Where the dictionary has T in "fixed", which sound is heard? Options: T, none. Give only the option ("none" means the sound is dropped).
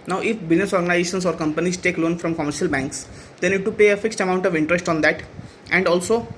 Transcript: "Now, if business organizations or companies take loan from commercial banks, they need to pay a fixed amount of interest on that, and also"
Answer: T